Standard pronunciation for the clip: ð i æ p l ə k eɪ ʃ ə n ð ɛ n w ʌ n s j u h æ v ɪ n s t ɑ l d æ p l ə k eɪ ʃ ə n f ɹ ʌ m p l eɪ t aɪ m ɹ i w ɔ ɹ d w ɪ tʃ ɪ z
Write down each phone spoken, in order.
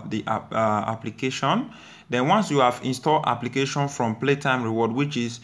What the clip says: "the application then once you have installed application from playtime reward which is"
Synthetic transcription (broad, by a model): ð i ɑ p l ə k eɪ ʃ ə n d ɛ n w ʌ n s j u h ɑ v ɪ n s t ɑ l d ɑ p l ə k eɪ ʃ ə n f ɹ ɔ m p l eɪ t aɪ m ɹ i w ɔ d w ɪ tʃ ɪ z